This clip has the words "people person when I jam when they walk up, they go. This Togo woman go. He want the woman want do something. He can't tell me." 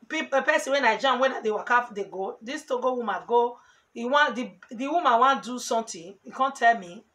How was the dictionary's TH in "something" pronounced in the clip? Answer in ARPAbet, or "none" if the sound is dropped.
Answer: T